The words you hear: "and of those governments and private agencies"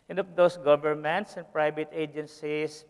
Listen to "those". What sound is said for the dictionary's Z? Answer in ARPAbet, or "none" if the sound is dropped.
S